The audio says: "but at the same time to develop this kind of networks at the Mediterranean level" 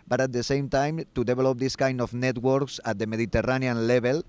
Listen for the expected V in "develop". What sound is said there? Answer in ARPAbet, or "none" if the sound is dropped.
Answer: B